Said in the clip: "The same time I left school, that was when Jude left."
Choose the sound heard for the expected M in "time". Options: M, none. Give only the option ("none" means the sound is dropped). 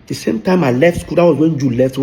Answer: M